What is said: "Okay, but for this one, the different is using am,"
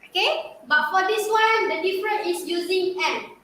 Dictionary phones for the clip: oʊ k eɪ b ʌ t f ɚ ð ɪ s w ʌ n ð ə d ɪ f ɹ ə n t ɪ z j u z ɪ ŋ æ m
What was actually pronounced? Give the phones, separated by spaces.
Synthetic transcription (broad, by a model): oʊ k eɪ b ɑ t f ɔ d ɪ s w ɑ n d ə d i f ɹ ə n ɪ s j u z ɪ ŋ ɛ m